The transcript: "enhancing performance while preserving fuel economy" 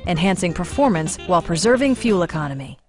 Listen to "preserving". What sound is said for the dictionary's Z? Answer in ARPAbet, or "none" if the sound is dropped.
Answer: Z